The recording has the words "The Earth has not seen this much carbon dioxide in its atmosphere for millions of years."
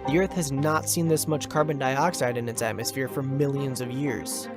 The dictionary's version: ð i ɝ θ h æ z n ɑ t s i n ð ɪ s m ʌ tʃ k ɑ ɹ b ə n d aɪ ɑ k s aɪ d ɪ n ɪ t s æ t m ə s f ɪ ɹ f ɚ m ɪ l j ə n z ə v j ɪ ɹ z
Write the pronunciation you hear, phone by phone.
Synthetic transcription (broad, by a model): ð i ɝ θ h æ z n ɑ t s i n ð ɪ s m ʌ tʃ k ɑ ɹ b ə n d aɪ ɑ k s aɪ d ɪ n ɪ t s æ t m ə s f ɪ ɹ f ɚ m ɪ l j ə n z ə v j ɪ ɹ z